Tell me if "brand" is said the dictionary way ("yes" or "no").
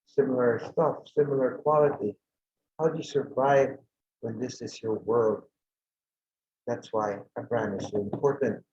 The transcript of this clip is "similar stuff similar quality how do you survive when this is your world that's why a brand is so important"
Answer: no